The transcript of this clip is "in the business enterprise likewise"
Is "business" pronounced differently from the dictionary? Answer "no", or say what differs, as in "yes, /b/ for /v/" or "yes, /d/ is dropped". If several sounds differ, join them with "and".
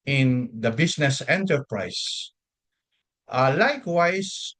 yes, /s/ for /z/